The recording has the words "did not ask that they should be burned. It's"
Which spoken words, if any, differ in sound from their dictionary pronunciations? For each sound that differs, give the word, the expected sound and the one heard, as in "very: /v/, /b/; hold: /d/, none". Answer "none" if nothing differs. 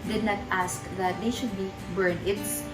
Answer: burned: /d/, none